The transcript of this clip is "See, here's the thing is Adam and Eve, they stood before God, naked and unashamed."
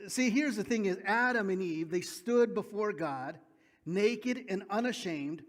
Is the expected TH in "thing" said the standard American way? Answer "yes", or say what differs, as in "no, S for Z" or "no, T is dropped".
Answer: yes